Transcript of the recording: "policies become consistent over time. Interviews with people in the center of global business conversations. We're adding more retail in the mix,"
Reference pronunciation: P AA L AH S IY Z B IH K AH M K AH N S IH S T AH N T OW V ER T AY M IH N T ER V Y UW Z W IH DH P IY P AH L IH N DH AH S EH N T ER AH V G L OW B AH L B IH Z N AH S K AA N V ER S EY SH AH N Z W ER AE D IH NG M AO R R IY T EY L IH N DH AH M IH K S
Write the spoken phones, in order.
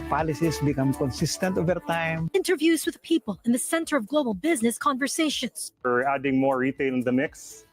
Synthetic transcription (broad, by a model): P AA L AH S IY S B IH K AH M K AH N S IH S T AH N T OW V ER T AY M IH N T ER V Y UW Z W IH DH P IY P AH L IH N DH AH S EH N T ER AH V G L OW B AH L B IH Z N AH S K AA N V ER S EY SH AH N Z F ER AE D IH NG M AO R R IY T EY L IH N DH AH M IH K S